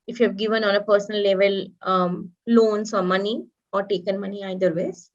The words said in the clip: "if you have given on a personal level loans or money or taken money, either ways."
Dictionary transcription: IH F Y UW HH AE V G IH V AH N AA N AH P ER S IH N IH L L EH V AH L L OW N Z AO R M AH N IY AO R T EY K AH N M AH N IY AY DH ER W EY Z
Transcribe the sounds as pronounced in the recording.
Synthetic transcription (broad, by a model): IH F Y UW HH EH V G IH V AH N AA N AH P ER S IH N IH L L EH V AH L L OW N S AO R M AH N IY AO R T EY K AH N M AH N IY AY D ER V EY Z